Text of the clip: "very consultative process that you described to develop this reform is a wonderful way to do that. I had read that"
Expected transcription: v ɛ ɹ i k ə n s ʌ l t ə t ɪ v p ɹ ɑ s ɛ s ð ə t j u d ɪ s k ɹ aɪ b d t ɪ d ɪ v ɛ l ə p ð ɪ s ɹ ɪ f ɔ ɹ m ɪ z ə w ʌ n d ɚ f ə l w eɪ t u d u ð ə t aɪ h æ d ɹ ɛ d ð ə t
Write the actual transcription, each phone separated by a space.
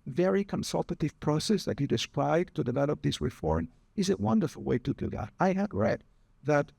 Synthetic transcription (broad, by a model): v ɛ ɹ i k ə n s ʌ l t ə t ɪ v p ɹ ɑ s ɛ s ð ə t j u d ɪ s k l aɪ d t ɪ d ɪ v ɛ l ə p ð ɪ s ɹ ɪ f ɔ ɹ m ɪ z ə w ʌ n d ɚ f ə l w eɪ t u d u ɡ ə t aɪ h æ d ɹ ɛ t ð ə t